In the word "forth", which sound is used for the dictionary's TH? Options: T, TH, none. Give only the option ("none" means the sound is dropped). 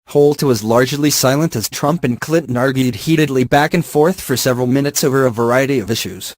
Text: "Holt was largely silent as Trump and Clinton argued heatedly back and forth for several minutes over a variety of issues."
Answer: TH